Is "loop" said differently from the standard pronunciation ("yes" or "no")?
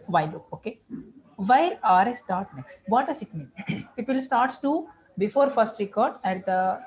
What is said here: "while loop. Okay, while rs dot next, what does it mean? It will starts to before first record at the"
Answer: yes